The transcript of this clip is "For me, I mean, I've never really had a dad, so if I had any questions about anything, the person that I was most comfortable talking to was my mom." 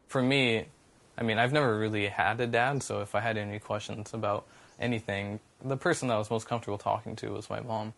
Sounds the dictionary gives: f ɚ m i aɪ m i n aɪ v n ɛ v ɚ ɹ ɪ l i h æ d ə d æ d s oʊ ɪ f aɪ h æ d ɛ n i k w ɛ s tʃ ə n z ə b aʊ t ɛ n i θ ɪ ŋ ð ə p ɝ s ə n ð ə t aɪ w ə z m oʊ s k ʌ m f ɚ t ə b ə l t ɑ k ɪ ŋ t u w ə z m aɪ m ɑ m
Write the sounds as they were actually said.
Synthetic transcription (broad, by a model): f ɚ m i aɪ m i n aɪ v n ɛ v ɚ ɹ ɪ l i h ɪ d ə d æ d s oʊ ɪ f aɪ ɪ d ɛ n i k w ɛ s tʃ ə n z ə b aʊ t ɛ n i θ ɪ ŋ ð ə p ɝ s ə n ð ə t w ə z m oʊ s k ʌ m f t ə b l t ɑ k ɪ ŋ t u w ə z m aɪ m ɑ m